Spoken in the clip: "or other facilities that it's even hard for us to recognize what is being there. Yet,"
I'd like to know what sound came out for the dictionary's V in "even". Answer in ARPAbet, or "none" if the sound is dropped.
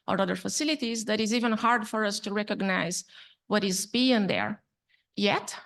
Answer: V